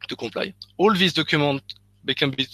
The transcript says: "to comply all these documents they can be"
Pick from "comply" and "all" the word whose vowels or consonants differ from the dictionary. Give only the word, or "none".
comply